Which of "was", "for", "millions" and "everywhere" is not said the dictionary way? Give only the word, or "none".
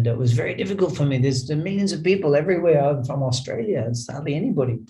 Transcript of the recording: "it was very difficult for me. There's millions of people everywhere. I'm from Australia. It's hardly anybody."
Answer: none